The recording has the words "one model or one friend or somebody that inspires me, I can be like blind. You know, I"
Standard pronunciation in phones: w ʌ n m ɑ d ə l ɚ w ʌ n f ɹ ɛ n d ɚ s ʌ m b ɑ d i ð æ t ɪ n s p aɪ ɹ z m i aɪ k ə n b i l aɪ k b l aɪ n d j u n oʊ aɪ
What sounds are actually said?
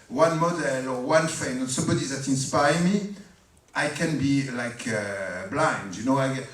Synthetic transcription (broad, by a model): w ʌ n m ɑ d ə l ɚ w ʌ n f ɛ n ɚ s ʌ m b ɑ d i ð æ t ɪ n s p aɪ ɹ m i aɪ k ə n b i l aɪ k b l aɪ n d j u n oʊ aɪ